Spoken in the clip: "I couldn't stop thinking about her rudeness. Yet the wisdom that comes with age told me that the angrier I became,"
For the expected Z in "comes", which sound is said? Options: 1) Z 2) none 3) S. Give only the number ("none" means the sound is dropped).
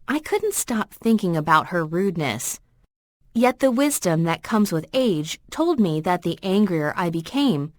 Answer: 1